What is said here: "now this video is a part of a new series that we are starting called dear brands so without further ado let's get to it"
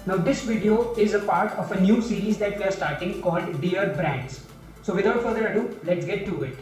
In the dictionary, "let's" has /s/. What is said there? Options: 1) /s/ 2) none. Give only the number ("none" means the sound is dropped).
1